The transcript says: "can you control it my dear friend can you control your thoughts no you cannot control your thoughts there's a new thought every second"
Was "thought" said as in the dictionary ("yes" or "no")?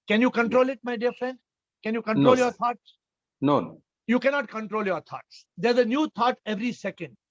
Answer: no